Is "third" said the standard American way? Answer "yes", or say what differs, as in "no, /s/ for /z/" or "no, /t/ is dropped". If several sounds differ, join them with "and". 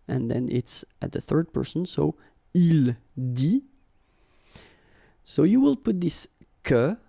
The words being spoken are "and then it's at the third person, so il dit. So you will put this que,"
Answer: yes